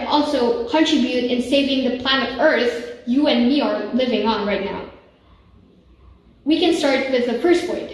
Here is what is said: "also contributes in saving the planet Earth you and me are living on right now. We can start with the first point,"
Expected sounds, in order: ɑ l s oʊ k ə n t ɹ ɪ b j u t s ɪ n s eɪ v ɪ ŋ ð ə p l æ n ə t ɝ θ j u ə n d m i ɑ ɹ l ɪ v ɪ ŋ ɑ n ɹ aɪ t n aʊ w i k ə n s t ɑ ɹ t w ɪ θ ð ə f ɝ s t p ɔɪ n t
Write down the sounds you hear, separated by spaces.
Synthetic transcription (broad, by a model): ɑ l s oʊ k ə n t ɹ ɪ b j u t ɪ n s eɪ v ɪ ŋ ð ə p l æ n ə t ɝ θ j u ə n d m i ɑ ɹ l ɪ v ɪ ŋ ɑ n ɹ aɪ t n aʊ w i k ə n s t ɑ ɹ t w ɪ ð ə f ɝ s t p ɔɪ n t